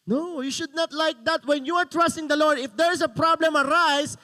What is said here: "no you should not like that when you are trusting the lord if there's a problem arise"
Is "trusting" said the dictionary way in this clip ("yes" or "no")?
yes